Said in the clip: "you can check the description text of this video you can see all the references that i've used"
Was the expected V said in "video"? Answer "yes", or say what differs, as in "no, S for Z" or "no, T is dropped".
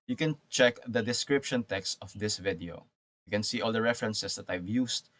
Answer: yes